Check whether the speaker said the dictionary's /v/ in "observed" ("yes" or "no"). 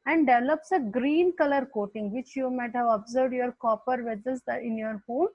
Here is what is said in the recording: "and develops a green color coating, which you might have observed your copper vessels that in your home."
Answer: yes